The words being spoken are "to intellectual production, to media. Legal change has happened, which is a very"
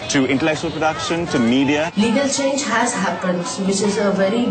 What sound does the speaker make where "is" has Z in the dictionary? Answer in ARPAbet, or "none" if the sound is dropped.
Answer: Z